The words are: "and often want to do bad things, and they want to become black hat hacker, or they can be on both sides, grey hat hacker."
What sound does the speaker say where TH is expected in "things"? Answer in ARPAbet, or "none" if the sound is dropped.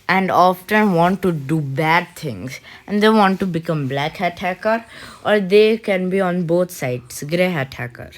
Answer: T